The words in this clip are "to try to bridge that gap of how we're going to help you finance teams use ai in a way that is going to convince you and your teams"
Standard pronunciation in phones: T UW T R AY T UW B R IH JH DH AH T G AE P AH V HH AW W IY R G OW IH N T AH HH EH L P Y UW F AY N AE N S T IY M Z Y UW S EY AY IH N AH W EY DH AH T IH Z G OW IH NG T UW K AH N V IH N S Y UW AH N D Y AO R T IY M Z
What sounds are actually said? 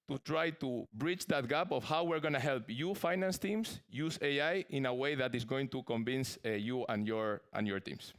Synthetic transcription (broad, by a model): T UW T R AY T UW B R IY CH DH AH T G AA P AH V HH AW W IY R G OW N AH HH EH L P Y UW F AY N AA N S T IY M S Y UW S EY AY IH N AH W EY DH AH T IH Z G OW IH NG T UW K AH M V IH N S Y UW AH N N Y AO R T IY M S